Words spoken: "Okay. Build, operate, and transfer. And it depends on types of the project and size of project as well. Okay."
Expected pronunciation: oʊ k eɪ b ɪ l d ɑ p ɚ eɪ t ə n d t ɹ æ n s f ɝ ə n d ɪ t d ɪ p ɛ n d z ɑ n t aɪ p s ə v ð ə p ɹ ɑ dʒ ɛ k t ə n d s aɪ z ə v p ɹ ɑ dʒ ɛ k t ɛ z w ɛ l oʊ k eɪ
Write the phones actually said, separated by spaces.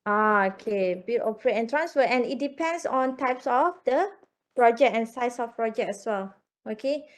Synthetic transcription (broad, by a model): oʊ k eɪ b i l ɑ p ɚ eɪ t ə n t ɹ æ n s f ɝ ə n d ɪ t d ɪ p ɛ n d s ɑ n t aɪ p s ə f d ə p ɹ ɑ dʒ ɛ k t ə n s aɪ s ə f p ɹ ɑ dʒ ɛ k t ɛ s w ɛ l oʊ k eɪ